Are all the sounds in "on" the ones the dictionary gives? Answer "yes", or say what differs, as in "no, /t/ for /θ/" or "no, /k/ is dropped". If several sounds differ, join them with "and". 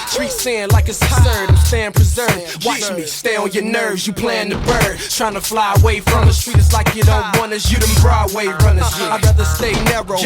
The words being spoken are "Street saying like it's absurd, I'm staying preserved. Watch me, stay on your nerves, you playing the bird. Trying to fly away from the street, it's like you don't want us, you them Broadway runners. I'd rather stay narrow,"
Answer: no, /l/ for /n/